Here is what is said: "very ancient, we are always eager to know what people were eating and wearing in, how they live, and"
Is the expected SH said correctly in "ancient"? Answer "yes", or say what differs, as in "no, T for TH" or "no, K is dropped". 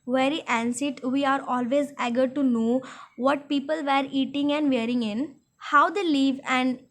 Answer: no, S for SH